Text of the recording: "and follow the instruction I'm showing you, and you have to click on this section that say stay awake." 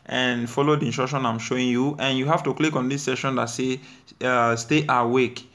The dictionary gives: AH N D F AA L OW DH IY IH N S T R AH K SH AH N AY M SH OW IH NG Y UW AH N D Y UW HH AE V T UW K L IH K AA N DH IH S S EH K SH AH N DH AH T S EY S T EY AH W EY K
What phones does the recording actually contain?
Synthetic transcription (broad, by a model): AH N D F AA L OW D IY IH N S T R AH K SH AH N AY M SH OW IH NG Y UW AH N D Y UW HH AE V T UW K L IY K AA N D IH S S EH SH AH N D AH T S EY S T EY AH W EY K